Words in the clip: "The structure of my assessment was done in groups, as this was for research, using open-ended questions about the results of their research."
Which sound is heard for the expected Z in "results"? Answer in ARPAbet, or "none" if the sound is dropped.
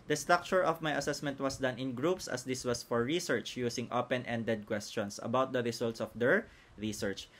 S